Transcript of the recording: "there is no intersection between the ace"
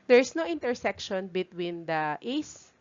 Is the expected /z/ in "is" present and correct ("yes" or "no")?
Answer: no